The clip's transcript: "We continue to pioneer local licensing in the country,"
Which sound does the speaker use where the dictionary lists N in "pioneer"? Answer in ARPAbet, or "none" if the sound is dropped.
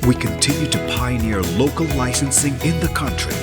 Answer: N